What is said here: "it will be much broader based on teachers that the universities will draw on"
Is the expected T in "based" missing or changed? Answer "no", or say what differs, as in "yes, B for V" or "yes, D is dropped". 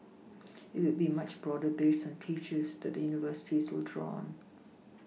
yes, T is dropped